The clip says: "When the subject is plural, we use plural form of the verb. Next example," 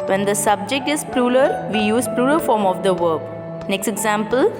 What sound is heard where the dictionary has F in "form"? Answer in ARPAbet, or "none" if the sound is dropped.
F